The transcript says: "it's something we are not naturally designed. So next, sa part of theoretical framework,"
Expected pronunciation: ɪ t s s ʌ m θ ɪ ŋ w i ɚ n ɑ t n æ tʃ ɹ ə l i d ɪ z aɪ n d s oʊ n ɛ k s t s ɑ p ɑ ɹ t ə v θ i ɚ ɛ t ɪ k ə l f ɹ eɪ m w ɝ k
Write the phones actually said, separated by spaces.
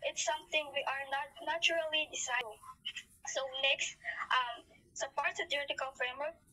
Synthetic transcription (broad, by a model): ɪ t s s ʌ m θ ɪ ŋ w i ɚ n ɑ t n æ tʃ ɹ ə l i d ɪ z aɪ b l s oʊ n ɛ k s t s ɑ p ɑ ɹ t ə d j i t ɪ k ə l f ɹ eɪ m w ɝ k